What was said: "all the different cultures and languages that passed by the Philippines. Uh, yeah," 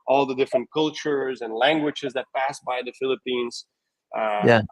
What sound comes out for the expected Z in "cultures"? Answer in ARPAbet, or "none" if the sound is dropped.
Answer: Z